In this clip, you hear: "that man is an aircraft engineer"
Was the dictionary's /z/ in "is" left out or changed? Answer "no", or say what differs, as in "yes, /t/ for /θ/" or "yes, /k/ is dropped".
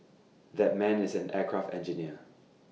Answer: no